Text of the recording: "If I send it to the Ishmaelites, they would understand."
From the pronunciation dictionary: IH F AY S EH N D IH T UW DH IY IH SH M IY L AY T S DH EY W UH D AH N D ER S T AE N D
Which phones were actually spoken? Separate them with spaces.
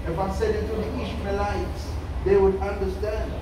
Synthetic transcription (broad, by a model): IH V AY S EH D IH T UW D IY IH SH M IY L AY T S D EY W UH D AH N D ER S T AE N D